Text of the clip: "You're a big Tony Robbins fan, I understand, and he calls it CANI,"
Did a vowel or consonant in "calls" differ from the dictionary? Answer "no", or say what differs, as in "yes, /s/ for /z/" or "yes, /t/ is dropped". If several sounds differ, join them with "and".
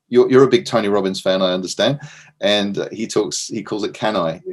no